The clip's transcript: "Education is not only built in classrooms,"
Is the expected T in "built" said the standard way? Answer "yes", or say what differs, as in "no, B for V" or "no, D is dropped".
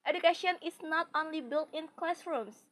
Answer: yes